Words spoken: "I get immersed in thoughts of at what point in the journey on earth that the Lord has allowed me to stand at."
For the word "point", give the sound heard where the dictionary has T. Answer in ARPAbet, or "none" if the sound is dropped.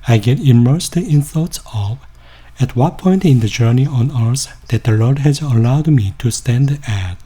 T